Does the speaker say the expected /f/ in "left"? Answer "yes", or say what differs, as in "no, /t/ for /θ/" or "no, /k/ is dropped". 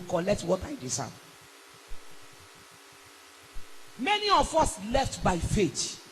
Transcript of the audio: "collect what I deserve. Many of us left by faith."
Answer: yes